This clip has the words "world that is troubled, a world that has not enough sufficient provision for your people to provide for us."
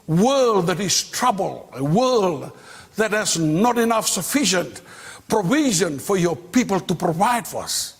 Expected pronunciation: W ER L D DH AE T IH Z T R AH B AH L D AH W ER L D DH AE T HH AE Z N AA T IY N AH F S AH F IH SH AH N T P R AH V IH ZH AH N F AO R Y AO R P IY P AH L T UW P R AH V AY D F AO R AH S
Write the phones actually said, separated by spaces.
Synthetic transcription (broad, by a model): W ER L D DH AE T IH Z T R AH B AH L AH W ER L D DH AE T HH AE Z N AA T IY N AH F S AH F IH SH AH N T P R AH V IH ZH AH N F AO R Y AO R P IY P AH L T UW P R AH V AY D F AO R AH S